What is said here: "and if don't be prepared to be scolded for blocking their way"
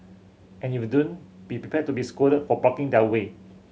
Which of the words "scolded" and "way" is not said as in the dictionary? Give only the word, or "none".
scolded